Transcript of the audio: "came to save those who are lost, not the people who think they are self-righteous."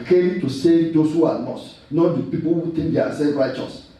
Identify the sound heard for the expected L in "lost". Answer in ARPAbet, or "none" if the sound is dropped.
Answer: N